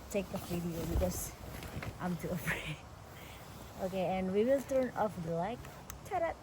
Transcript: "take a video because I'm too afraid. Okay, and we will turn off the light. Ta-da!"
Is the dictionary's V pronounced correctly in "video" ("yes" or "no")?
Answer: no